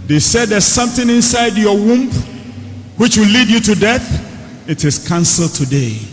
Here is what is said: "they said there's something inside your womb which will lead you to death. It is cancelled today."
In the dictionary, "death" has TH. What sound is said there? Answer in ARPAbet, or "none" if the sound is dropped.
TH